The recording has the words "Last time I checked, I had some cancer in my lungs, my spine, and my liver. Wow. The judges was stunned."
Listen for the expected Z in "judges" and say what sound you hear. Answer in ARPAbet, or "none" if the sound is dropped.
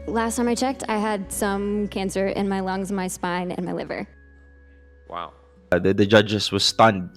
S